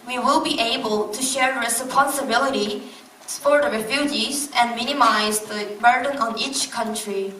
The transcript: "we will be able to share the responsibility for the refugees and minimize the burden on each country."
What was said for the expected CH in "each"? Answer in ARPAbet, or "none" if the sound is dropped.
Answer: CH